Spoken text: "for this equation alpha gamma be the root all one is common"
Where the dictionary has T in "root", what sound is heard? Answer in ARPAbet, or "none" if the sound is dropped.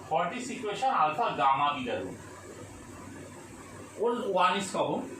none